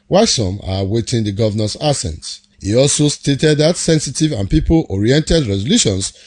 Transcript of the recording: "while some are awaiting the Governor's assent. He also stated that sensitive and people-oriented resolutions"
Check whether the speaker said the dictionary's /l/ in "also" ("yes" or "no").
yes